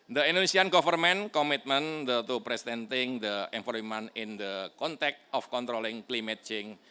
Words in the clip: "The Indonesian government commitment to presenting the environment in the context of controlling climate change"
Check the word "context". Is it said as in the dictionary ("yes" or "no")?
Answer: no